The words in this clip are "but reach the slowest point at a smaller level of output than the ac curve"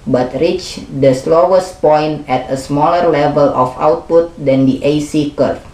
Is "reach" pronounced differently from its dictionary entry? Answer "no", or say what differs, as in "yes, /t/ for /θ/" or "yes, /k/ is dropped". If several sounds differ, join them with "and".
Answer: no